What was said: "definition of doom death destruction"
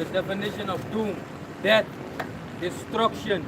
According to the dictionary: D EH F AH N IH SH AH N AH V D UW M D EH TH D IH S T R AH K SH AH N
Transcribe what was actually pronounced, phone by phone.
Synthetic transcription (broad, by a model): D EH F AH N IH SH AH N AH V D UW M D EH T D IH S T R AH K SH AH N